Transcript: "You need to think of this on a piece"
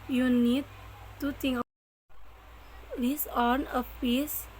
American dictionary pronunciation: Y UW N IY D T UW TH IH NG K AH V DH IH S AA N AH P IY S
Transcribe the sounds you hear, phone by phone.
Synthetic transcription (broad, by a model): Y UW N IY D T UW T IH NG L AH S AA N AH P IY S